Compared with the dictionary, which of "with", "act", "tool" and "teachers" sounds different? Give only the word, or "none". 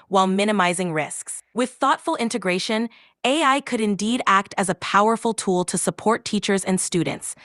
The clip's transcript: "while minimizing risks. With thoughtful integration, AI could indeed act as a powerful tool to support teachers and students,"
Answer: none